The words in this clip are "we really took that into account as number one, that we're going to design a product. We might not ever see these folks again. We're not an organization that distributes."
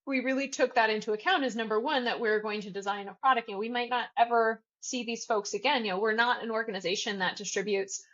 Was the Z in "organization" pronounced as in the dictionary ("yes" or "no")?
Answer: yes